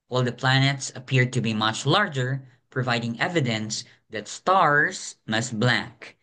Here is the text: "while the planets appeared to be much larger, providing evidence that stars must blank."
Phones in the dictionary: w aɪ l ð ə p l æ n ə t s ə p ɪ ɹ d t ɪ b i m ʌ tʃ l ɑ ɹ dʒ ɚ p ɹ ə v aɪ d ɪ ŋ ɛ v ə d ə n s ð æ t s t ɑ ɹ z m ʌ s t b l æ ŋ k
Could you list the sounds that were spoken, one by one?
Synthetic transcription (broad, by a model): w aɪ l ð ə p l æ n ə t s ə p ɪ ɹ d t ɪ b i m ʌ tʃ l ɑ ɹ dʒ ɚ p ɹ ə v aɪ d ɪ ŋ ɛ v ə d ə n s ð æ t s t ɑ ɹ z m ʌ s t b l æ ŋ k